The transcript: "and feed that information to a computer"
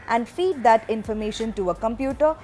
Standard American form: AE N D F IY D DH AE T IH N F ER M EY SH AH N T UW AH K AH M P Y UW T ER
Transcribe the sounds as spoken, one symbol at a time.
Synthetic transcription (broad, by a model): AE N D F IY D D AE T IH N F ER M EY SH AH N T UW AH K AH M P Y UW T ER